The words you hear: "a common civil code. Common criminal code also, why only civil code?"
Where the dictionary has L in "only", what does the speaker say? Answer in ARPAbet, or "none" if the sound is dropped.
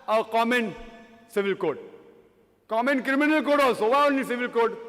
none